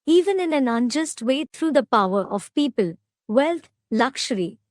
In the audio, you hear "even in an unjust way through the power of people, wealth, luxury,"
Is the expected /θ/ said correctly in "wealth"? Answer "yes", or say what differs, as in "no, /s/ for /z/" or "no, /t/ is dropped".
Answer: no, /t/ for /θ/